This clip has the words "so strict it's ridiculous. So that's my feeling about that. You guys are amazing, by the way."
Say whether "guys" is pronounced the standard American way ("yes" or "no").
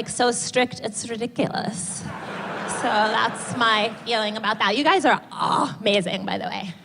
yes